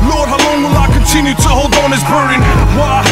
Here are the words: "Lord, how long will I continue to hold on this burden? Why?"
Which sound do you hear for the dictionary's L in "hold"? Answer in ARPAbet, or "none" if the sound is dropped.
L